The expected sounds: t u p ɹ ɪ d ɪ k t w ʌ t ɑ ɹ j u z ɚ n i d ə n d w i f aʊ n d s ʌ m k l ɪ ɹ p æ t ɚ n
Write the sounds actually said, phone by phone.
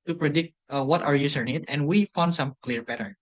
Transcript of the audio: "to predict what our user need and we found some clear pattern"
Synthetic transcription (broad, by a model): t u p ɹ ɪ d ɪ k t w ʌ t ɑ ɹ j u s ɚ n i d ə n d w i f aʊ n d s ʌ m k l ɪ ɹ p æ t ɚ n